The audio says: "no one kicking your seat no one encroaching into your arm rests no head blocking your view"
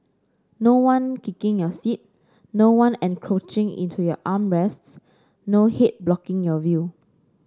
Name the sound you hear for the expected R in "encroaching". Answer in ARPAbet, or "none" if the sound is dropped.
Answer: R